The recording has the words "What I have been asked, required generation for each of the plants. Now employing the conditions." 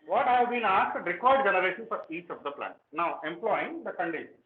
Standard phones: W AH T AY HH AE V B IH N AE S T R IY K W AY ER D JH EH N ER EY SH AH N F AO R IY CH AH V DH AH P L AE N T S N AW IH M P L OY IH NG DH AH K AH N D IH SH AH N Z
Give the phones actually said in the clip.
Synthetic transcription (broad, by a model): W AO T HH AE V B IH N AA S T R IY K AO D D JH EH N ER EY SH AH N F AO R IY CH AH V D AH P L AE N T N AW IH M P L OY IH NG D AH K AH N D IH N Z